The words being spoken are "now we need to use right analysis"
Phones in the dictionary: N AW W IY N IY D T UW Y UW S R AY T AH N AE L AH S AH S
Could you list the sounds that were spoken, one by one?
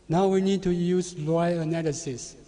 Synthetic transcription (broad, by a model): N AW W IY N IY D T UW Y UW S L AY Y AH N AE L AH S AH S